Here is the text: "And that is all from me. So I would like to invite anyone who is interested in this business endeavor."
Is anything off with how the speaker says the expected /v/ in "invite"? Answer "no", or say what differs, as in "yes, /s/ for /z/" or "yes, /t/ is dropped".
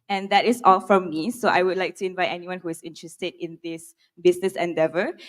no